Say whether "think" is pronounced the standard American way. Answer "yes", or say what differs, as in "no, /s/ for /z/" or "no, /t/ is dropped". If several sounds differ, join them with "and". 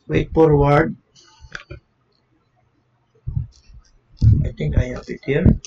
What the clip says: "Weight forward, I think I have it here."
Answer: no, /t/ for /θ/